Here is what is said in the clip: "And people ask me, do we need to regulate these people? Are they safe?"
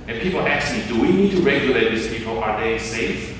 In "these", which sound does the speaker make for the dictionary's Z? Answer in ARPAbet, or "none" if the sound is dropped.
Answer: S